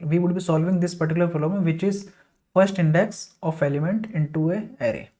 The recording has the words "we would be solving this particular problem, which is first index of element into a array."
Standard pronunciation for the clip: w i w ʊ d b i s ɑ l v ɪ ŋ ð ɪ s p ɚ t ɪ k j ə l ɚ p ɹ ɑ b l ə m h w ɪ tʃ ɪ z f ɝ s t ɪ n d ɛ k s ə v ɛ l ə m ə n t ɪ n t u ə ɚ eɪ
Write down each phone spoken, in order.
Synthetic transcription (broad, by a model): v i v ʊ d b i s ɑ l v ɪ ŋ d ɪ s p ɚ t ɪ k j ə l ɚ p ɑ l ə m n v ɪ tʃ ɪ z f ɝ s t ɪ n d ɛ k s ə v ɛ l ə m ə n t ɪ n t u ə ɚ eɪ